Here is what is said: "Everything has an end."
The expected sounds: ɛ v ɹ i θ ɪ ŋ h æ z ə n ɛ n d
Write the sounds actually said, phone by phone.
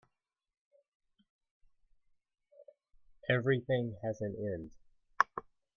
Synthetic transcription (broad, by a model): ɛ v ɹ i θ ɪ ŋ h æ z ə n ɛ n d